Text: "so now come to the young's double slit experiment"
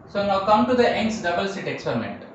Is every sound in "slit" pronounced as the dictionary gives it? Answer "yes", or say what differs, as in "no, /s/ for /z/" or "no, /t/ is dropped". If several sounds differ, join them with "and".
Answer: no, /l/ is dropped